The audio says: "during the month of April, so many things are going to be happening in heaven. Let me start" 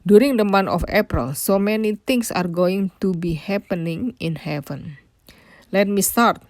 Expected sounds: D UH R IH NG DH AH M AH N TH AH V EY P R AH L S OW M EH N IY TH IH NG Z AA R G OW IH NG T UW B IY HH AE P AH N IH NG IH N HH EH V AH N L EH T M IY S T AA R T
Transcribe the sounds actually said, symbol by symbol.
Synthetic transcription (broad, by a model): D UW R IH NG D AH M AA N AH F EY P R AH L S OW M EH N IY T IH NG S AA R G OW IH NG T UW B IY HH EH P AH N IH NG IH N HH EH V AH N L EH T M IY S T AA R T